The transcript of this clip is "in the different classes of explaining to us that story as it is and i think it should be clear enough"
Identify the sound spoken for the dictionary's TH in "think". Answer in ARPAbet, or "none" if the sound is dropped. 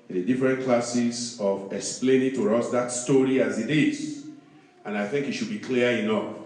TH